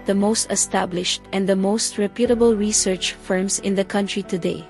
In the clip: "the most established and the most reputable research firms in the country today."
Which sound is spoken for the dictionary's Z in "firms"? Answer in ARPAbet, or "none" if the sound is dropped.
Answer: S